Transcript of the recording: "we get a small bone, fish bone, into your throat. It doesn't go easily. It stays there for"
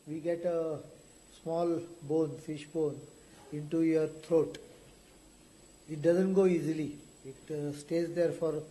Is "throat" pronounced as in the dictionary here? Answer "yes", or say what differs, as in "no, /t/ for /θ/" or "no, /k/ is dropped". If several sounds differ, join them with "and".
no, /t/ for /θ/